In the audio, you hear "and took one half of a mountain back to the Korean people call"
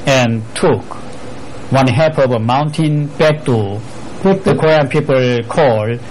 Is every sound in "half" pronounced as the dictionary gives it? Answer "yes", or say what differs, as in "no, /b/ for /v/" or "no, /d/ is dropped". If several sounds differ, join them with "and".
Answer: no, /p/ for /f/